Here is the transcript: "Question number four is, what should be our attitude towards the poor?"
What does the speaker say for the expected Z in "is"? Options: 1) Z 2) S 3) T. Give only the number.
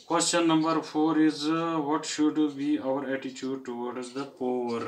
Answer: 1